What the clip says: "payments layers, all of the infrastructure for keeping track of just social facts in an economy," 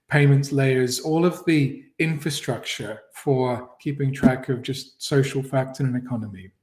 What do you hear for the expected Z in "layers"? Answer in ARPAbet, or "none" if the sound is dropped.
Z